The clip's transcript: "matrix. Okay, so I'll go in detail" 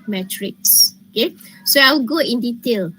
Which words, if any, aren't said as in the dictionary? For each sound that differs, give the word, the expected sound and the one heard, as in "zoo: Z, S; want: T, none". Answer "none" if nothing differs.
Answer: i'll: L, W